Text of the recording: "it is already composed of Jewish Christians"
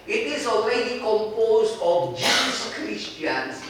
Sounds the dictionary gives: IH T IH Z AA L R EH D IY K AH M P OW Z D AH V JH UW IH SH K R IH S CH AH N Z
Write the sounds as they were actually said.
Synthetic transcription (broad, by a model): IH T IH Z AA L R EH D IY K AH M P OW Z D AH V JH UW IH S K R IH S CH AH N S